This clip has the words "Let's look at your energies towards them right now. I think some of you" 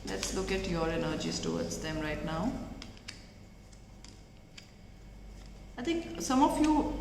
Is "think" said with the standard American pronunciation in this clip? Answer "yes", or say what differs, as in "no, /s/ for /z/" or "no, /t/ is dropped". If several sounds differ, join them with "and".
no, /t/ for /θ/